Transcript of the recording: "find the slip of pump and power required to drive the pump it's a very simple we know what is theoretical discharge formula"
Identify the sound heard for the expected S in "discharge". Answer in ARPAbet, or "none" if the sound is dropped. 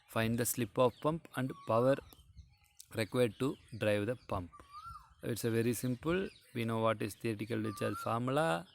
none